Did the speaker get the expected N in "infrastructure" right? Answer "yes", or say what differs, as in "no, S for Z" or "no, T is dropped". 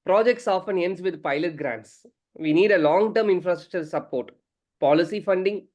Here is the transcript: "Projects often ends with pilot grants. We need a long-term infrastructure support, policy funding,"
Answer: yes